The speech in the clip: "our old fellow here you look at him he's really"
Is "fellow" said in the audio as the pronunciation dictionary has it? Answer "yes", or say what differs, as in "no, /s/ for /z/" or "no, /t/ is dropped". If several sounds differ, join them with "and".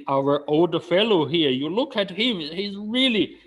yes